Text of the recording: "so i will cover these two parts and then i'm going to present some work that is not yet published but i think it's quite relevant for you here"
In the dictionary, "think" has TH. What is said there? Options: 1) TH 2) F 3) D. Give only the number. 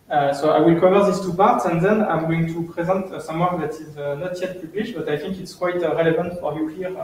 1